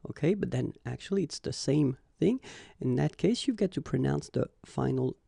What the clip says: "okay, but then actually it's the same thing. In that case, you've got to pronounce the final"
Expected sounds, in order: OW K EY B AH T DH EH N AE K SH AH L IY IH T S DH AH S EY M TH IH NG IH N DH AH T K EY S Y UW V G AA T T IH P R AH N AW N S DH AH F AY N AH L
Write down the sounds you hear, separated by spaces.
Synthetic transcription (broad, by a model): OW K EY B AH T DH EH N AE K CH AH L IY IH T S DH AH S EY M TH IH NG IH N DH AH T K EY S Y UW V G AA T T IH P R AH N AW N S DH AH F AY N L